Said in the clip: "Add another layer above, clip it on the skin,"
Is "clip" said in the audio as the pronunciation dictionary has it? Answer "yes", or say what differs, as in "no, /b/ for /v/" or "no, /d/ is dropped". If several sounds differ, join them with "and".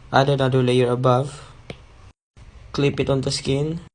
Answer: yes